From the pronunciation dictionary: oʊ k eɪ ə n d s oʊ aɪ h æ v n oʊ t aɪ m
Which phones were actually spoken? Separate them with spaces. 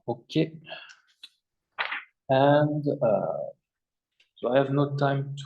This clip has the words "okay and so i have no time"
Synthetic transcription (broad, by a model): oʊ k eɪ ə n d s oʊ aɪ h æ v n oʊ t aɪ m